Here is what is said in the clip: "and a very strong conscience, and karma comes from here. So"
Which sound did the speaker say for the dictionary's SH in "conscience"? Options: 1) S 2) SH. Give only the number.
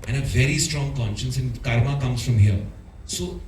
2